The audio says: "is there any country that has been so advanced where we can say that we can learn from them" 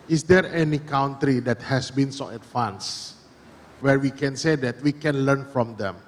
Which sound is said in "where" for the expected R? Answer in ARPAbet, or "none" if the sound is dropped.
R